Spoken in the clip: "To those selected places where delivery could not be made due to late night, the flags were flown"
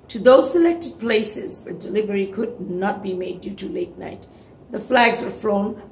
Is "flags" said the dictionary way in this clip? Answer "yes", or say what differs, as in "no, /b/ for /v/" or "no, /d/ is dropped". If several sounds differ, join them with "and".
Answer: yes